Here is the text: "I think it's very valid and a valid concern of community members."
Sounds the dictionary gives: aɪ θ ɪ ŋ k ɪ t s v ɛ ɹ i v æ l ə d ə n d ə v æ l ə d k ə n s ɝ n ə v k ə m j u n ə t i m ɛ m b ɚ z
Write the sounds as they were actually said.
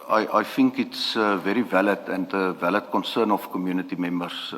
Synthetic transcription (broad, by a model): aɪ f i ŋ k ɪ t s v ɛ ɹ i v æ l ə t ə n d ə v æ l ə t k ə n s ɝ n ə f k ə m j u n ə t i m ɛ m b ɚ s